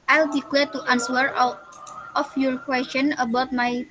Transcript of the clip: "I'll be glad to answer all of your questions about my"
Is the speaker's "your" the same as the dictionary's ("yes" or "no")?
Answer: yes